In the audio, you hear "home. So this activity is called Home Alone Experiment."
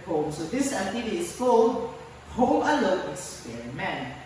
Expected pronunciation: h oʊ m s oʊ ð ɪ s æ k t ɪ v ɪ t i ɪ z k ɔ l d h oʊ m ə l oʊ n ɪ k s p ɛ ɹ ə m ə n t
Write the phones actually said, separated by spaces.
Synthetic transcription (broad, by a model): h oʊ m s oʊ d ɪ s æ t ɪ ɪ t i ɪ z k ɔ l h oʊ m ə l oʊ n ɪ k s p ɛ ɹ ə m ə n